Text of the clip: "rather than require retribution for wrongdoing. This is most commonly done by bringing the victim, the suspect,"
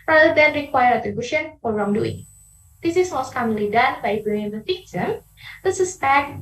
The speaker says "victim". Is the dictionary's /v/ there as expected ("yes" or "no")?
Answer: no